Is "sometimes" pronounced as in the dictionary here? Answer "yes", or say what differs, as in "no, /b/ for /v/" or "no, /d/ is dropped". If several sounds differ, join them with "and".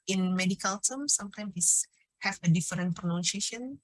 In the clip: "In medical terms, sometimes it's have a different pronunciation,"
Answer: no, /z/ is dropped